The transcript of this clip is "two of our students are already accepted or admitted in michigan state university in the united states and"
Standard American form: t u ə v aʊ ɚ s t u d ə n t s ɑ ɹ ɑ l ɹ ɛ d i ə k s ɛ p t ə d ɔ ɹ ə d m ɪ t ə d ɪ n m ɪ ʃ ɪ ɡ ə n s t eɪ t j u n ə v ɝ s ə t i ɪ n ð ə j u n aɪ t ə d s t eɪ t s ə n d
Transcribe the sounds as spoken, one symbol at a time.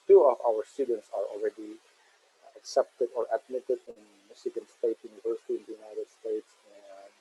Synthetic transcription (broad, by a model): t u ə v aʊ ɚ s t u d ə n t s ɑ ɹ ɑ l ɹ ɛ d i ə k s ɛ p t ə d ɔ ɹ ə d m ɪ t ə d ɪ n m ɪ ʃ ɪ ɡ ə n s t eɪ t j u n ə v ɝ s ə t i ɪ n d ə j u n aɪ t ə d s t eɪ t s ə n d